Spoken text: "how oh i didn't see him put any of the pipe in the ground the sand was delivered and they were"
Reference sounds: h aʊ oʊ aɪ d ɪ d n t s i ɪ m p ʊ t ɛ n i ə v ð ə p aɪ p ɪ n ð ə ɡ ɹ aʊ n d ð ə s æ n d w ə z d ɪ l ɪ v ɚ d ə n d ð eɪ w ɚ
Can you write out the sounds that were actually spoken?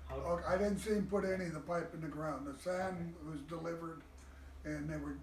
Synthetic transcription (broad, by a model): oʊ aɪ d ɪ d n t s i ɪ m p ʊ t ɛ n i ə v ð ə p aɪ p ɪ n ð ə ɡ ɹ aʊ n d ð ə s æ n w ə z d ɪ l ɪ v ɚ d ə n ð eɪ w ɚ